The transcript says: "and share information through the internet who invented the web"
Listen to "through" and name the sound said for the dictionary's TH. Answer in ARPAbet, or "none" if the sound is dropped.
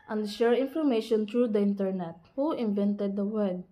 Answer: T